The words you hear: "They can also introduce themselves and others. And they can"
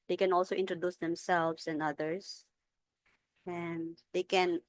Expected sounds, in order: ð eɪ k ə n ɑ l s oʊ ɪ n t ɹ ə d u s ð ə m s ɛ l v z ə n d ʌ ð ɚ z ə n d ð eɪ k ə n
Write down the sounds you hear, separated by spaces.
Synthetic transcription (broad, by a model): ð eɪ k ə n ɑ l s oʊ ɪ n t ɹ ə d u s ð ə m s ɛ l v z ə n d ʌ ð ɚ s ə n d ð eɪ k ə n